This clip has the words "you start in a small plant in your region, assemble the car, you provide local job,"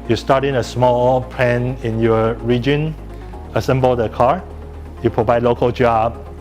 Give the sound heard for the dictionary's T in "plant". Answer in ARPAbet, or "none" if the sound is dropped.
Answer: none